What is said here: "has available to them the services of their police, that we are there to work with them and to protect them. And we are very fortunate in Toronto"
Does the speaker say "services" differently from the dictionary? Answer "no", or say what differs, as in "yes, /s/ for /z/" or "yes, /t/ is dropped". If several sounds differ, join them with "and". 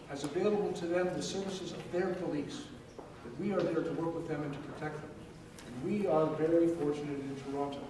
no